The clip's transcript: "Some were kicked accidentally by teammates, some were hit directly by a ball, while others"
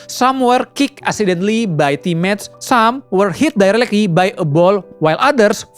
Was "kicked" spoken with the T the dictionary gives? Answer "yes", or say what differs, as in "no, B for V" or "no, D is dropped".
no, T is dropped